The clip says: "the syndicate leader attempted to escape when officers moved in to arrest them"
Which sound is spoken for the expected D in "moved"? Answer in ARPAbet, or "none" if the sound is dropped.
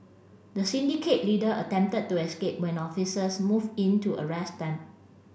none